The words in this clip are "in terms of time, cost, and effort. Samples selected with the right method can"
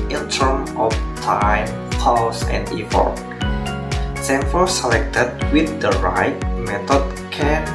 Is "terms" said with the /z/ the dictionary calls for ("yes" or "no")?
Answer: no